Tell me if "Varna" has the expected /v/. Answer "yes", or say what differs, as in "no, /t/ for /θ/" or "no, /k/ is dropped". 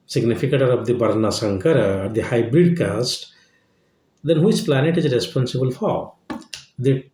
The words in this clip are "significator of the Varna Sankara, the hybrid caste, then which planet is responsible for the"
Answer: no, /b/ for /v/